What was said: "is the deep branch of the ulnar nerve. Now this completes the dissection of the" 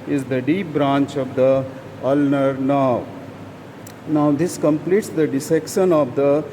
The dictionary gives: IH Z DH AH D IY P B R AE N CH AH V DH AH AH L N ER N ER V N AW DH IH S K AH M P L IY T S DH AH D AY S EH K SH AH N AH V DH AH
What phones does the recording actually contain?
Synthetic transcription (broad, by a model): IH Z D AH D IY P B R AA N CH AH V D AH AH L N ER N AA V N AW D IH S K AH M P L IY T S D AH D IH S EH K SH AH N AH V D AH